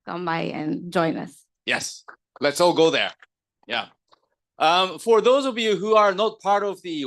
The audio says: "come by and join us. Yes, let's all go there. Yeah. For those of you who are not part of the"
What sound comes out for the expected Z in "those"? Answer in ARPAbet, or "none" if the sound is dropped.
Z